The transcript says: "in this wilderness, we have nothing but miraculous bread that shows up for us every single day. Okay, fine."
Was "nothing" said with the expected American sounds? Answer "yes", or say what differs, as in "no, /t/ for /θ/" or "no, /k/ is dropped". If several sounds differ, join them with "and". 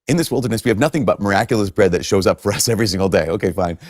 yes